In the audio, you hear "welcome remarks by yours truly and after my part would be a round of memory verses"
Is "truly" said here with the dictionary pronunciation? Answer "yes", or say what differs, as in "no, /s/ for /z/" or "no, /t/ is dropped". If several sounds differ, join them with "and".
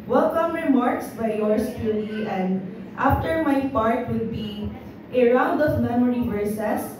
no, /ɹ/ is dropped